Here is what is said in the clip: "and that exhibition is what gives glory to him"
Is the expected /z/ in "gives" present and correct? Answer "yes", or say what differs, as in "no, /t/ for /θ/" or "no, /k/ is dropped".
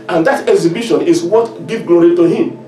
no, /z/ is dropped